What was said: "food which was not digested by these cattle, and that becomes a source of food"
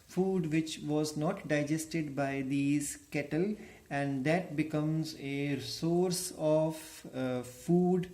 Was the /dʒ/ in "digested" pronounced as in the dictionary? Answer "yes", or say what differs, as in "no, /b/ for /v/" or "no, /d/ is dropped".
yes